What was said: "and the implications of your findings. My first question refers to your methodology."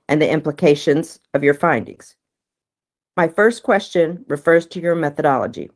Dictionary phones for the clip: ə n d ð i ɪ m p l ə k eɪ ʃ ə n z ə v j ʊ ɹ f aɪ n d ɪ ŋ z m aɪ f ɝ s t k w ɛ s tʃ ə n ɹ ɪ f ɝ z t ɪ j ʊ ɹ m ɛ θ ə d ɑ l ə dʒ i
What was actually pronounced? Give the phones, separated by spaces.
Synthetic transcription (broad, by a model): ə n ð i ɪ m p l ə k eɪ ʃ ə n z ə v j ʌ ɹ f aɪ n d ɪ ŋ z m aɪ f ɝ s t k w ɛ s tʃ ə n ɹ ɪ f ɝ z t ɪ j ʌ ɹ m ɛ θ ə d ɑ l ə dʒ i